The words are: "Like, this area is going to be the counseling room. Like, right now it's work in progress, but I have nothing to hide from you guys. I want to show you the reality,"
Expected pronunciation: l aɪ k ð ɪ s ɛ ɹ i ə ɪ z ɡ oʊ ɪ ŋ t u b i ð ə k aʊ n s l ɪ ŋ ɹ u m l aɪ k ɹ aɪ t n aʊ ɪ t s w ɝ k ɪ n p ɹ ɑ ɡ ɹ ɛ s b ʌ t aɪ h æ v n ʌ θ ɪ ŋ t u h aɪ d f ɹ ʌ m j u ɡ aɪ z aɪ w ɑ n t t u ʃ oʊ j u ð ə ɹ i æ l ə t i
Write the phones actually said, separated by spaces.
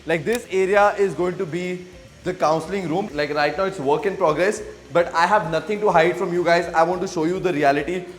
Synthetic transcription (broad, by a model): l aɪ k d ɪ s ɛ ɹ i ə ɪ z ɡ oʊ ɪ ŋ t u b i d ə k aʊ n s l ɪ ŋ ɹ u m l aɪ k ɹ aɪ t n aʊ ɪ t s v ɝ k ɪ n p ɹ ɑ ɡ ɹ ɛ s b ʌ t aɪ h æ v n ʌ t ɪ ŋ t u h aɪ d f ɹ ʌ m j u ɡ aɪ z aɪ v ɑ n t t u ʃ oʊ j u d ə ɹ i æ l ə t i